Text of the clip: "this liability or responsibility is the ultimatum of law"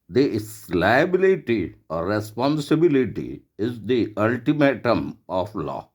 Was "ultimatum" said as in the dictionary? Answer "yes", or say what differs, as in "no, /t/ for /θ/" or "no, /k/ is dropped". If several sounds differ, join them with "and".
yes